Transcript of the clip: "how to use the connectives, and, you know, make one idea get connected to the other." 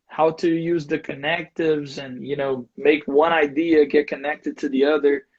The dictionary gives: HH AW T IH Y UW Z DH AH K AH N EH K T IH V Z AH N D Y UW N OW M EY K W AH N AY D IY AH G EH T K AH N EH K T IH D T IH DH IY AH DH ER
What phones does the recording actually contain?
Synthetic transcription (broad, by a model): HH AW T IH Y UW Z DH AH K AH N EH K T IH V Z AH N Y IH N OW M EY K W AH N AY D IY AH G EH T K AH N EH K T IH D T IH DH IY AH DH ER